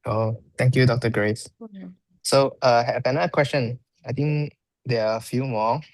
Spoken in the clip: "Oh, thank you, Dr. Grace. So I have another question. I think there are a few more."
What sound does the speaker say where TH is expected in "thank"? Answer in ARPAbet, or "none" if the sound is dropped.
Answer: T